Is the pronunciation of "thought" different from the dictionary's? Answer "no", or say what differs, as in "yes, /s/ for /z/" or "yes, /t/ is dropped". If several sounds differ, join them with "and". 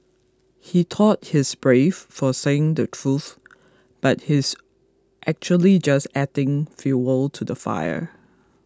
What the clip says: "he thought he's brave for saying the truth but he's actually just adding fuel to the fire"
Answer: yes, /t/ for /θ/